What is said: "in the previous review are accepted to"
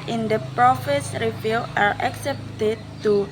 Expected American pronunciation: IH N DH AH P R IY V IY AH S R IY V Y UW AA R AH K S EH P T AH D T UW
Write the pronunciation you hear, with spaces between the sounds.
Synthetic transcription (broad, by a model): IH N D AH P R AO F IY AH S R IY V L AA R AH K S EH P T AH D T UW